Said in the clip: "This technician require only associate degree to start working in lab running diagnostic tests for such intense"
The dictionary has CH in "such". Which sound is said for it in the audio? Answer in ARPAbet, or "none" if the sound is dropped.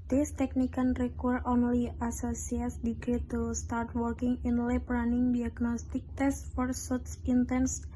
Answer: S